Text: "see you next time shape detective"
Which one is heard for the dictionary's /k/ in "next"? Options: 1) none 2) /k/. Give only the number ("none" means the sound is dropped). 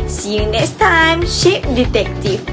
1